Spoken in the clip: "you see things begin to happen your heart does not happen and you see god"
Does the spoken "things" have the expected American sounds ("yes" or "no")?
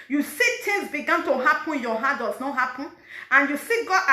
no